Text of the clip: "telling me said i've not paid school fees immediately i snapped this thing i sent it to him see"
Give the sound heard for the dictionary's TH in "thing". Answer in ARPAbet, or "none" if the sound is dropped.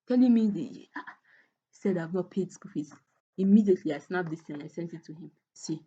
T